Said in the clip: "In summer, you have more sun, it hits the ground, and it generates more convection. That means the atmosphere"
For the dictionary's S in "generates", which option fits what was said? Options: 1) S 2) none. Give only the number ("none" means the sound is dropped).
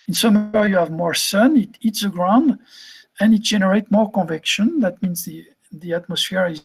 2